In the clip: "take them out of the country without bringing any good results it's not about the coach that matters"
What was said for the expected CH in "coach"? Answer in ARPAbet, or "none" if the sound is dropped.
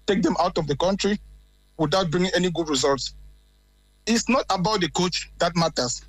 CH